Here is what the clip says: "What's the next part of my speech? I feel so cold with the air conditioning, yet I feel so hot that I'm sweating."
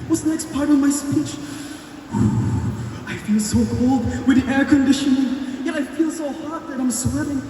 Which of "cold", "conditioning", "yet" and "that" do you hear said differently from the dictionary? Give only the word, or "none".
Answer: yet